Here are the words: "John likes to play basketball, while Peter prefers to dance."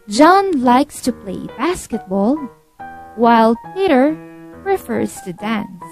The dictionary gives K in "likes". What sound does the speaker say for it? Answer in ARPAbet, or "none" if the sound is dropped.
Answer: K